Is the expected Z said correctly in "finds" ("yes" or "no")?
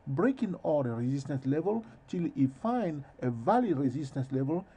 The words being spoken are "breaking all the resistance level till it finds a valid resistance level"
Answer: no